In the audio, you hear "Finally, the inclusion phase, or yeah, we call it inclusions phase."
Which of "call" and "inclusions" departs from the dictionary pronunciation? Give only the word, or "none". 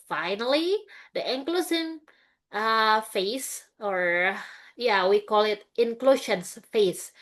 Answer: inclusions